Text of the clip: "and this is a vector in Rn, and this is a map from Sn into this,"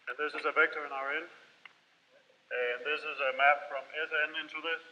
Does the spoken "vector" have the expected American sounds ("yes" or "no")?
yes